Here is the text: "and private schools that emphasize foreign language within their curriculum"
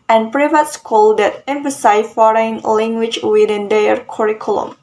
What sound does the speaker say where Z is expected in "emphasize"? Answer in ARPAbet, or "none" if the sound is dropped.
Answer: none